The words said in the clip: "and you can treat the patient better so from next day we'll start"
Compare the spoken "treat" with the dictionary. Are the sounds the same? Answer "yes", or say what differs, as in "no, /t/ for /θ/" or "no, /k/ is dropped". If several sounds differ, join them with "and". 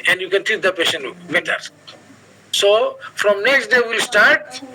no, /ɹ/ is dropped